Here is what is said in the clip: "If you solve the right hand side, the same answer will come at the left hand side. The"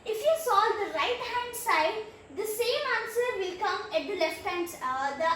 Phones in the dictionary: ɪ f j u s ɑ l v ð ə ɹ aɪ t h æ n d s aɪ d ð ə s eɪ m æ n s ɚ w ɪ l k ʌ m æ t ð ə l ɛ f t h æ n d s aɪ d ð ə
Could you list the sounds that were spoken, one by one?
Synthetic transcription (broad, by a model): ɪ f j u s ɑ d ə ɹ aɪ t h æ n d s aɪ d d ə s eɪ m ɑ n s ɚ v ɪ l k ʌ m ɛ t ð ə l ɛ f t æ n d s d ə